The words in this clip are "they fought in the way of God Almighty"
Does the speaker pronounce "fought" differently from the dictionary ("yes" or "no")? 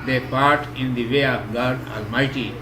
yes